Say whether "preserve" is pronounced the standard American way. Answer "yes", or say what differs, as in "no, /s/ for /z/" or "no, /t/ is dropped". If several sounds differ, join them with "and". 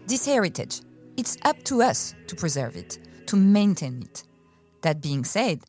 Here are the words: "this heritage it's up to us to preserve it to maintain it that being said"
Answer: yes